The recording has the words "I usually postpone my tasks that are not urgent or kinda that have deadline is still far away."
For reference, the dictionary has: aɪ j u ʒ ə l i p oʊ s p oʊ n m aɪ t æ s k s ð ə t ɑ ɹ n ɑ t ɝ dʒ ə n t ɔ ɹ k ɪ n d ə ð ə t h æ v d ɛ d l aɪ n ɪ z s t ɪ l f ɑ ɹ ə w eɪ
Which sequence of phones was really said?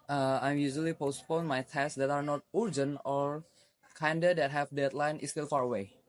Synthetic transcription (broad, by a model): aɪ j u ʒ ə l i p oʊ s p oʊ n m aɪ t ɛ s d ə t ɑ ɹ n ɑ t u dʒ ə n ɔ ɹ k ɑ n d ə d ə t h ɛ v d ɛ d l aɪ n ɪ s t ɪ l f ɑ ɹ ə w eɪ